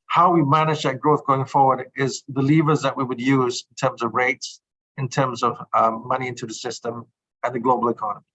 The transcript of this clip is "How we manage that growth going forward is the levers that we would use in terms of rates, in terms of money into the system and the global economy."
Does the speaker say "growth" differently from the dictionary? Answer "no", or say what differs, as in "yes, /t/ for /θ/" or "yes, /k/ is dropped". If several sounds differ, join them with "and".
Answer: no